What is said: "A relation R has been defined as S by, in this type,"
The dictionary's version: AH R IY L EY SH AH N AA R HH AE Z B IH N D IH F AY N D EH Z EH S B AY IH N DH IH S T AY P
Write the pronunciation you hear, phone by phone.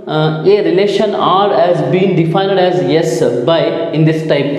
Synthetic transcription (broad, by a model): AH R IY L EY SH AH N AA R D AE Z B IH N D IH F AY N D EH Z EH S B AY IH N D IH S T AY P